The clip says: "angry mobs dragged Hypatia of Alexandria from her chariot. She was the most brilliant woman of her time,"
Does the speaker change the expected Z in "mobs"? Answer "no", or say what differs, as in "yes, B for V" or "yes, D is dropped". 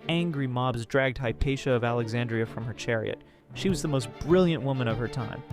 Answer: no